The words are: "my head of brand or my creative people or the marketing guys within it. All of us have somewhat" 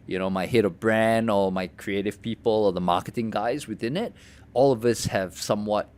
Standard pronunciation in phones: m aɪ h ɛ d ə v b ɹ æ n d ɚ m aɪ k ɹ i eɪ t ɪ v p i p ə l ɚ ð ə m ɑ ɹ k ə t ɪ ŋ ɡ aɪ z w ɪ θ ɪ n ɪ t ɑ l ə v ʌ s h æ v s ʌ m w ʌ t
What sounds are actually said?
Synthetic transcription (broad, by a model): m aɪ h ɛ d ə v b ɹ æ n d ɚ m aɪ k ɹ i eɪ t ɪ v p i p ə l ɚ ð ə m ɑ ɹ k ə t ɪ ŋ ɡ aɪ z w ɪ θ ɪ n ɪ t ɑ l ə v ʌ s h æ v s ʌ m w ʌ t